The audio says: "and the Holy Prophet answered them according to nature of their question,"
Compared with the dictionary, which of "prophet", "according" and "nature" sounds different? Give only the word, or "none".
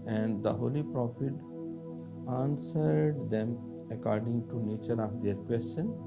none